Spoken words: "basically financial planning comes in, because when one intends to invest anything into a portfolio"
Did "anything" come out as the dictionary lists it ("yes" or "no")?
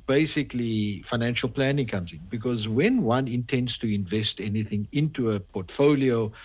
yes